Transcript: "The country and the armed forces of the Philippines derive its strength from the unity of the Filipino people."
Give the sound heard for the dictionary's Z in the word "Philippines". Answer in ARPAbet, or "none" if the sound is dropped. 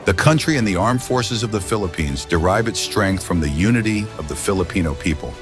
Z